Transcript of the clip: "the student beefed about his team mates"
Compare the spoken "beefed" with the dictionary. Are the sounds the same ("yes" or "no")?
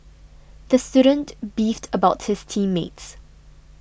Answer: yes